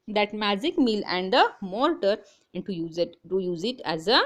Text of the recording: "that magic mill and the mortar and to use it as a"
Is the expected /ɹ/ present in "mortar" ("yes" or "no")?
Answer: no